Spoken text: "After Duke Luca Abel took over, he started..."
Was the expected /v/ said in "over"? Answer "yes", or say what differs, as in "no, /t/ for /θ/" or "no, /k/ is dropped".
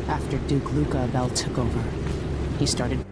yes